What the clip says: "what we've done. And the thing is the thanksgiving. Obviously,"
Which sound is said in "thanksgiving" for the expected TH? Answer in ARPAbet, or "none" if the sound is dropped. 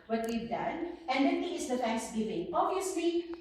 T